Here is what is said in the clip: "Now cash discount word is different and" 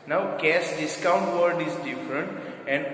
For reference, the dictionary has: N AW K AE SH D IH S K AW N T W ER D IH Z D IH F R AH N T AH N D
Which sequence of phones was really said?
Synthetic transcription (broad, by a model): N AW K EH S D IH S K AW N T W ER D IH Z D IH F R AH N T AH N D